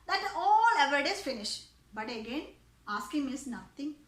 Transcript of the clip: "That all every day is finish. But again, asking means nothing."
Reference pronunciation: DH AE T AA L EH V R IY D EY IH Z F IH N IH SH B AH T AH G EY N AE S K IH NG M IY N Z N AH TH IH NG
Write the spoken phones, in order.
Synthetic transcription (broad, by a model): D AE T AA L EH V IY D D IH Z F IH N IH SH B AH T AH G EY N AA S K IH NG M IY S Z N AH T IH NG